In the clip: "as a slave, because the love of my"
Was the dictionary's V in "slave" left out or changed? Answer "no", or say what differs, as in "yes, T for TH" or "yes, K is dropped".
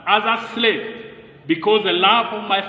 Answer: yes, P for V